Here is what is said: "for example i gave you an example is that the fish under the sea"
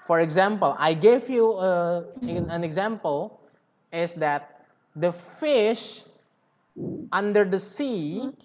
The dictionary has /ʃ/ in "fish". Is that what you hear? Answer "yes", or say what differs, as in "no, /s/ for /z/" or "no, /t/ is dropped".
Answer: yes